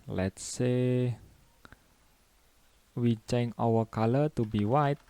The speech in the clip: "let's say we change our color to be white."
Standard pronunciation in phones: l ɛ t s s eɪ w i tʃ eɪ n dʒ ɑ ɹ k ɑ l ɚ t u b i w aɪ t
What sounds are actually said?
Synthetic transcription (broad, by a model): l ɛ t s s eɪ w i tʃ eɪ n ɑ w k ɑ l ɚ t u b i w aɪ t